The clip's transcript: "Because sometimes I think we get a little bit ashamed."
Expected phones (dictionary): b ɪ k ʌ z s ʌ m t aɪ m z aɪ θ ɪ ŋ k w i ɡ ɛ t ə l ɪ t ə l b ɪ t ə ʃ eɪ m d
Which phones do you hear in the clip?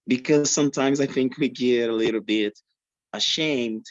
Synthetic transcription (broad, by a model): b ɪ k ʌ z s ʌ m t aɪ m z aɪ θ ɪ ŋ k w i ɡ ɛ t ə l ɪ t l b ɪ t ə ʃ eɪ m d